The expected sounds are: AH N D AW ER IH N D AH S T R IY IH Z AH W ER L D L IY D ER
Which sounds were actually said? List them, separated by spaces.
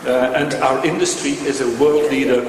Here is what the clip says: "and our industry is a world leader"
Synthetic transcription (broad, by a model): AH N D AW ER IH N D AH S T R IY IH Z AH W ER L D L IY D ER